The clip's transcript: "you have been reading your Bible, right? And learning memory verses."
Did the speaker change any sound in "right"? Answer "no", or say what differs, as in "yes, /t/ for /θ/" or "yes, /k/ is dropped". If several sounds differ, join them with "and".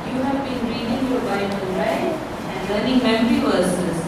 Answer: yes, /t/ is dropped